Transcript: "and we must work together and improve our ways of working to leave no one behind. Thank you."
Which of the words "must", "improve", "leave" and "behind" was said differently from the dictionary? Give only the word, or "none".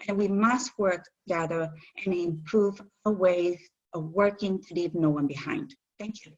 none